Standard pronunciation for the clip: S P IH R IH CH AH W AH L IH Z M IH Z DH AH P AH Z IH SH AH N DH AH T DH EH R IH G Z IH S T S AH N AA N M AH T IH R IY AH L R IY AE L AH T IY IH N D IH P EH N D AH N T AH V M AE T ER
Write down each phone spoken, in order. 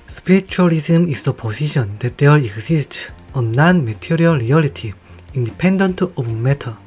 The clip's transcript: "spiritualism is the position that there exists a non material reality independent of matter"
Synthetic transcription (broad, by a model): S P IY R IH CH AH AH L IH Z M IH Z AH P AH S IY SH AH N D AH T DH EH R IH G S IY S T AH N AA N M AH T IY R IY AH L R IY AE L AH T IY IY N D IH P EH N D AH N T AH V M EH T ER